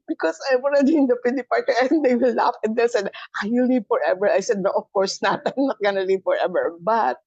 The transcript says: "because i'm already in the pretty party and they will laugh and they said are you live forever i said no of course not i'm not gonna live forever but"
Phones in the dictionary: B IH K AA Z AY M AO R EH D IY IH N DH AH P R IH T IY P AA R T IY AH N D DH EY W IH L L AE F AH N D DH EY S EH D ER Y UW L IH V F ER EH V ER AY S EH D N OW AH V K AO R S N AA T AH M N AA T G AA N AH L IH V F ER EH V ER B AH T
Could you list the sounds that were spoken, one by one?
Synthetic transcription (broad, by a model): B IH K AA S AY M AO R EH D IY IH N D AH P IH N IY P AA R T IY AH N D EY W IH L L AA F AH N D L S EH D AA Y UW L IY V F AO EH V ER AY S EH D N OW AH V K AO R S N AA T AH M N AA T G AA N AH L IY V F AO EH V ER B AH T